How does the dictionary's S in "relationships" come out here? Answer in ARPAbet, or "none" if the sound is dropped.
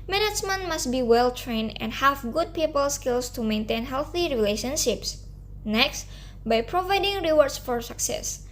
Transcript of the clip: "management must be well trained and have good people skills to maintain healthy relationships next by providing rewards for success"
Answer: S